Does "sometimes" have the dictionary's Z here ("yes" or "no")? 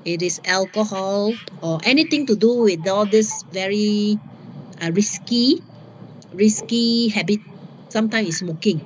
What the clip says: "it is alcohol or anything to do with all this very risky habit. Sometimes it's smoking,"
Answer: no